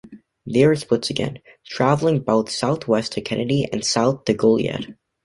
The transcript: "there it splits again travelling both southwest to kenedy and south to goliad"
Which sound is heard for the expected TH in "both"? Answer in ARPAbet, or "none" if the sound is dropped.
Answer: TH